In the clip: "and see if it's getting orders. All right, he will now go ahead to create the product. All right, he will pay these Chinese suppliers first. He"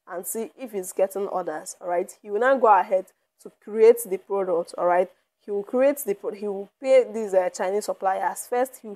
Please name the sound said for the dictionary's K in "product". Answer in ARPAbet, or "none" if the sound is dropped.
K